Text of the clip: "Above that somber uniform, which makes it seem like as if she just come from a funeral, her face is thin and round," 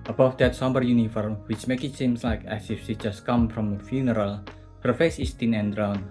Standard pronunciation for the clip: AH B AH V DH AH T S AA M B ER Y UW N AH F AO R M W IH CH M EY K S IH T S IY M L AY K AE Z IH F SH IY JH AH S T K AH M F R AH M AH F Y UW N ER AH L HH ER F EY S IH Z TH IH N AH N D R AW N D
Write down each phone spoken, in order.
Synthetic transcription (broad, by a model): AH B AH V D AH T S AA M B ER Y UW N AH F AO R M W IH CH M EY K IH T S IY M L AY K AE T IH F S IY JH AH S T K AH M F R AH M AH F Y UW N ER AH L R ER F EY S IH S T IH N AH N D R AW N